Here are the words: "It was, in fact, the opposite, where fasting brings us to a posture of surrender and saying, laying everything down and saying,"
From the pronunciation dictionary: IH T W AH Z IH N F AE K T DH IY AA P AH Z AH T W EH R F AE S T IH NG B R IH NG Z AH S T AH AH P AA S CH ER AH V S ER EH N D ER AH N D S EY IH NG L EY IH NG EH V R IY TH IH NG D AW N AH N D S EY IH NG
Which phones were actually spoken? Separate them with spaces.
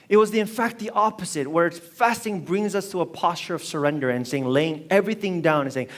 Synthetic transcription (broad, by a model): IH T W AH Z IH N F AE K T DH IY AA P AH Z AH T W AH R F AE S T IH NG B R IH NG Z AH S T AH AH P AA S CH ER AH V S ER EH N D ER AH N S EY IH NG L EY IH NG EH V R IY TH IH NG D AW N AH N S EY IH NG